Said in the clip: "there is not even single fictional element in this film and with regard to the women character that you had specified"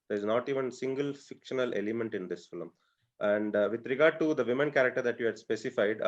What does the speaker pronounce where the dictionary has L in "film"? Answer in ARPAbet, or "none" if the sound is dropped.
L